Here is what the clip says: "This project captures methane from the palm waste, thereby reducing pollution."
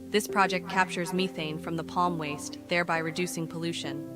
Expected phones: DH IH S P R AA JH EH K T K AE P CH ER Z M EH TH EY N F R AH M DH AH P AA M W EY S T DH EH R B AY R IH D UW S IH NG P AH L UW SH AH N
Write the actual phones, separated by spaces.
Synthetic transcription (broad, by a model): DH IH S P R AA JH EH K T K AE P CH ER Z M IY TH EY N F R AH M DH AH P AA M W EY S T DH EH R B AY R IH D UW S IH NG P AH L UW SH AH N